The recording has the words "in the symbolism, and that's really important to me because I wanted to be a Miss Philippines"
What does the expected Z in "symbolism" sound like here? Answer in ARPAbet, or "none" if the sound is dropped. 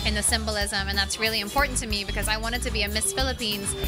Z